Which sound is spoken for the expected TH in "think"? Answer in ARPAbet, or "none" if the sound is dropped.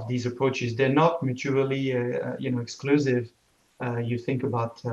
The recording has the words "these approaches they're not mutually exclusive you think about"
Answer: TH